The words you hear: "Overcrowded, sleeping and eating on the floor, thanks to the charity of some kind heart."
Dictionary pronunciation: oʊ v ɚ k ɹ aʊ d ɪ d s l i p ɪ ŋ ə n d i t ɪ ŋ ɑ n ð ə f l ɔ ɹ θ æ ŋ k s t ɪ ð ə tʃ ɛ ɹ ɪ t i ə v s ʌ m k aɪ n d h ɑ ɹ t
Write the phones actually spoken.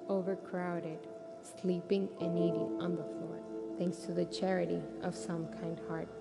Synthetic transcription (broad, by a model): oʊ v ɚ k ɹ aʊ d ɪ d s l i p ɪ ŋ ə n i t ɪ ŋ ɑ n ð ə f l ɔ ɹ θ æ ŋ k s t ɪ ð ə tʃ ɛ ɹ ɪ t i ə v s ʌ m k aɪ n d h ɑ ɹ t